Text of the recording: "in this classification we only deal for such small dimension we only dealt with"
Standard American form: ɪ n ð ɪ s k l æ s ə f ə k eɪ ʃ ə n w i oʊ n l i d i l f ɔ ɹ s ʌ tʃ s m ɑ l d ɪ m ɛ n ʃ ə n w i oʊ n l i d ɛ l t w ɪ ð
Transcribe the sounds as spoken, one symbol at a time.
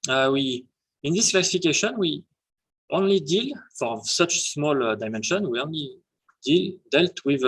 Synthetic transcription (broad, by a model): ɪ n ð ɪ s k l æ s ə f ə k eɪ ʃ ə n w i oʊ n l i d i l f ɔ ɹ s ʌ tʃ s m ɑ l d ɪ m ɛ n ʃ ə n w i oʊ n l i d ɛ l t w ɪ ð